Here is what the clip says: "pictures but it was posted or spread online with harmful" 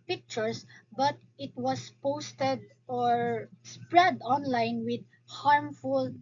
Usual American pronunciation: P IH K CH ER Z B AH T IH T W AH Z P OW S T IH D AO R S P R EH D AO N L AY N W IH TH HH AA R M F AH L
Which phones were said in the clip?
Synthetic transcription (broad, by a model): P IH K CH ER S B AH T IH T W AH S P OW S T IH D AO R S P R EH D AO N L AY N W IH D HH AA R M F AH L